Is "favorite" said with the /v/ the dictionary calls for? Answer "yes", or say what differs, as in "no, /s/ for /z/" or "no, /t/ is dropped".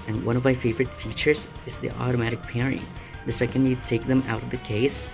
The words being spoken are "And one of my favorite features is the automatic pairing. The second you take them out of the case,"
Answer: yes